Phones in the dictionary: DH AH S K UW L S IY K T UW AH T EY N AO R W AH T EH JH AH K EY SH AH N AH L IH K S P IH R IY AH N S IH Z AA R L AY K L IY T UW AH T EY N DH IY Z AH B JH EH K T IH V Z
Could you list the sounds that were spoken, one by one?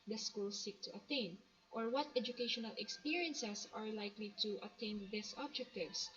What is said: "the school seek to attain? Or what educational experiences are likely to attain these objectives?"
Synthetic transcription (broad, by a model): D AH S K UW L S IY K T UW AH T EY N AO R W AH T EH JH AH K EY SH AH N AH L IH K S P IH R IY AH N S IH S AA R L AY K L IY T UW AH T EY N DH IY S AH B JH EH K T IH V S